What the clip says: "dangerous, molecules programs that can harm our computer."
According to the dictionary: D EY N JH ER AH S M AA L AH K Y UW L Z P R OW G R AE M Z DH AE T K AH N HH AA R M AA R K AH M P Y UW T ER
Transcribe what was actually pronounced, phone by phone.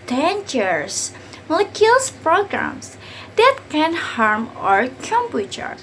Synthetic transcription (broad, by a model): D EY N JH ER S M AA L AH K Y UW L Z P R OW G R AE M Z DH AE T K AH N HH AA R M AA R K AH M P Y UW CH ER